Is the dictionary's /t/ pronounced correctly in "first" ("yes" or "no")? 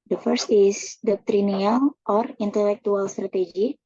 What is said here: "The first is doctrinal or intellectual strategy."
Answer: yes